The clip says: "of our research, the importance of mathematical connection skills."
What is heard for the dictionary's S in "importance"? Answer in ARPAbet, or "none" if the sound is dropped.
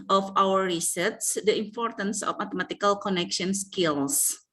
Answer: S